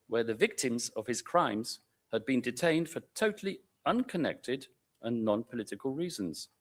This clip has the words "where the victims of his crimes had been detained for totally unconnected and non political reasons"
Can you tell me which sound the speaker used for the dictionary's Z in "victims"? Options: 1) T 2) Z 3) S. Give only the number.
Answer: 2